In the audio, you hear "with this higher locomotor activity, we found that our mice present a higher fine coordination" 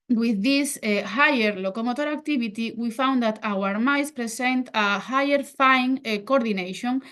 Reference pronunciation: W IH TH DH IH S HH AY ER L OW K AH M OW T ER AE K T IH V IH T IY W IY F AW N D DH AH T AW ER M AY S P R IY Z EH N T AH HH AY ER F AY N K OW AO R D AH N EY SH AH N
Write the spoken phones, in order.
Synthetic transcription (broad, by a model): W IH DH IH S HH AY ER L OW K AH M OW T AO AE K T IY B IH T IY W IY F AW N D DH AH T AW ER M AY S P R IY S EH N T AH HH AY ER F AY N K OW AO R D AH N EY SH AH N